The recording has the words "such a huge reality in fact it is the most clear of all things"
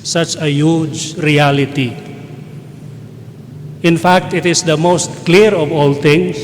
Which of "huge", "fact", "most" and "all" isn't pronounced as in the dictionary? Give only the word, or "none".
none